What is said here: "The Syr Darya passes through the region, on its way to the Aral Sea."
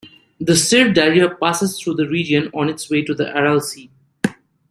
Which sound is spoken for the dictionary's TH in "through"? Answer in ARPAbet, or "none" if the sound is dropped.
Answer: T